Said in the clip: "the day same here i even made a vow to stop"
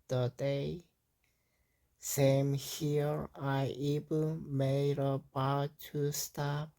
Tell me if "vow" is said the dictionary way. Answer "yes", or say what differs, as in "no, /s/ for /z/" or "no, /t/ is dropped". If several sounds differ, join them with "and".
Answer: no, /b/ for /v/